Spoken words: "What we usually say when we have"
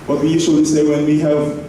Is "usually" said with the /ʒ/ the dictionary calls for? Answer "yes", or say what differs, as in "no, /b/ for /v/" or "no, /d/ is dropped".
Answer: no, /s/ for /ʒ/